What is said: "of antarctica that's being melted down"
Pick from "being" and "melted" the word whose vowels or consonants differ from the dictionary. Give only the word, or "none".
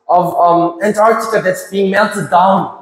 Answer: melted